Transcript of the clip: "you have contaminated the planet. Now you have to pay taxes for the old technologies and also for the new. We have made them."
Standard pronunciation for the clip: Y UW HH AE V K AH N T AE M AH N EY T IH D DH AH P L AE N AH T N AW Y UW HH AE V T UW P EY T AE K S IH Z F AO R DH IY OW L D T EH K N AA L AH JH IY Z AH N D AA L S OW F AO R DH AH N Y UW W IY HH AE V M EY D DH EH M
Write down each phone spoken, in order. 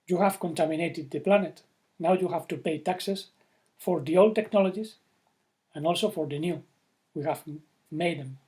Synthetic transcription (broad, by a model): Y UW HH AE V K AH N T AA M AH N EY T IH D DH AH P L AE N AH T N AW Y UW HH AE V T UW P EY T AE K S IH S F AO R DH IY OW L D T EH K N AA L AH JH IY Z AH N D AA L S OW F AO R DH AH N Y UW W IY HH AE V M EY D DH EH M